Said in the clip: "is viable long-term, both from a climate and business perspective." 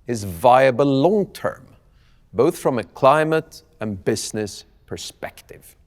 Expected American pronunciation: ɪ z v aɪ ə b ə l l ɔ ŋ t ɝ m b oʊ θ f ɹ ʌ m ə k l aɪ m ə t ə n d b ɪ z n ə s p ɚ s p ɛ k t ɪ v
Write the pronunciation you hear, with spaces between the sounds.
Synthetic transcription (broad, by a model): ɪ z v aɪ ə b ə l l ɔ ŋ t ɝ m b oʊ θ f ɹ ʌ m ə k l aɪ m ə t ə n b ɪ z n ə s p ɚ s p ɛ k t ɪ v